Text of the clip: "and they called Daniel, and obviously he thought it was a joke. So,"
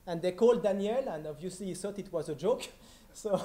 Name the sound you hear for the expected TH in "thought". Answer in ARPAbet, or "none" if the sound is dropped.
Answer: S